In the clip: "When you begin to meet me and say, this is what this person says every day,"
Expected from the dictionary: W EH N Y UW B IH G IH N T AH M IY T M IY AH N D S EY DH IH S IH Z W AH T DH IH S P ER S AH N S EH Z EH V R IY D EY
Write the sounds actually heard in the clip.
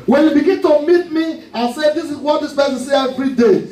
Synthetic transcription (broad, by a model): W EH N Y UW B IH G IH N T AH M IY T M IY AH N S EY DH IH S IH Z W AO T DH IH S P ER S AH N S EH EH V R IY D EY